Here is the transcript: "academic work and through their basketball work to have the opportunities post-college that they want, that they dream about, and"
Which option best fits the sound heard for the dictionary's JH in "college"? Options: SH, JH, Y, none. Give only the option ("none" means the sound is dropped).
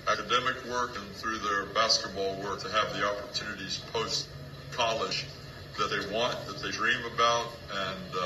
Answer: SH